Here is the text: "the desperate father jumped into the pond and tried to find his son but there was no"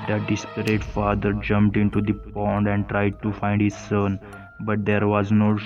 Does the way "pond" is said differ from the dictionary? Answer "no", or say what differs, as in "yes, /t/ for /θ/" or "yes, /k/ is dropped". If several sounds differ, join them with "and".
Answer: no